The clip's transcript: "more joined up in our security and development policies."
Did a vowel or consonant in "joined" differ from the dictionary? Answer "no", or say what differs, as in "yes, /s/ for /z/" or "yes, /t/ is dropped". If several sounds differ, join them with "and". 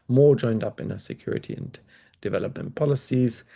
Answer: no